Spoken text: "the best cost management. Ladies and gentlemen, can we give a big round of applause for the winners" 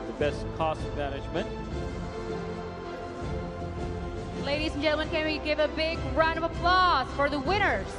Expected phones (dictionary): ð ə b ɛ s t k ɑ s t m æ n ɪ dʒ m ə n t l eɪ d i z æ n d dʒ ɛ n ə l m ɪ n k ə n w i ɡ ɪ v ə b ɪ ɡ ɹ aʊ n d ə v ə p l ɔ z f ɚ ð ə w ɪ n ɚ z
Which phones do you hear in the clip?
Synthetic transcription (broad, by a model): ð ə b ɛ s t k ɑ s t m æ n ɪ dʒ m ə n t l eɪ d i z n dʒ ɛ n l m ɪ n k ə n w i ɡ ɪ v ə b ɪ ɡ ɹ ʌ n ə v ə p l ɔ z f ɚ ð ə w ɪ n ɚ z